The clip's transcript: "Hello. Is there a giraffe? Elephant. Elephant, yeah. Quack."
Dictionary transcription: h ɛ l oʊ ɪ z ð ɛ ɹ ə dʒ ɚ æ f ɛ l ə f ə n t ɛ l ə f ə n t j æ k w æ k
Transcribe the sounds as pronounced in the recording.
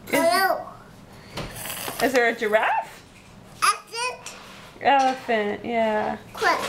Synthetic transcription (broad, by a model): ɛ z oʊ ɪ z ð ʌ ɹ ə dʒ ɚ æ f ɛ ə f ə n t ɛ l ə f ə n t j æ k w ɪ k